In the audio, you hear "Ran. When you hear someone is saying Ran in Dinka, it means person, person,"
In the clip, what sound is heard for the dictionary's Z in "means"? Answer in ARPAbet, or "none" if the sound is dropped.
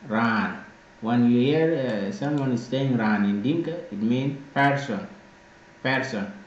none